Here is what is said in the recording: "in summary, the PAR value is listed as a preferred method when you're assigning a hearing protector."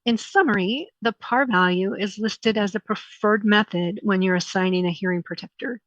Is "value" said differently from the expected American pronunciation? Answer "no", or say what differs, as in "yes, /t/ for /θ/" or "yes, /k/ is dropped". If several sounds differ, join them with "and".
no